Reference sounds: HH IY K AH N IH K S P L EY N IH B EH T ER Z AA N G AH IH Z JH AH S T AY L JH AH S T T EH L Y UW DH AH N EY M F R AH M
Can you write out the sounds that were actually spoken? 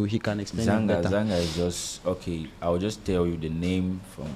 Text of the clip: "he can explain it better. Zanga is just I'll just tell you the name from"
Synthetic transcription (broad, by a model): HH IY K AH N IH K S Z IH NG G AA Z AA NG G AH IH Z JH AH S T AY W JH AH S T T EH L Y UW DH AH N EY M F R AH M